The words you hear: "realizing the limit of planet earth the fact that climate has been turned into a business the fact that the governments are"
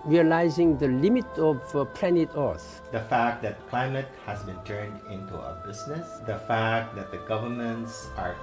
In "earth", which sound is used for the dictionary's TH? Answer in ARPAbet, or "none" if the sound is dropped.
S